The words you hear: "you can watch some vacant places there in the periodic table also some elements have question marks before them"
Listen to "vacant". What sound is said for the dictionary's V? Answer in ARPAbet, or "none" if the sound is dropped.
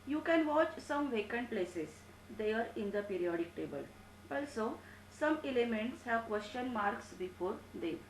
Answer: V